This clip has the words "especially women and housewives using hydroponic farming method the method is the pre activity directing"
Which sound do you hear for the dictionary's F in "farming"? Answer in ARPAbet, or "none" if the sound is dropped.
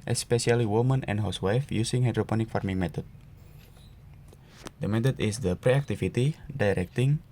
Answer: F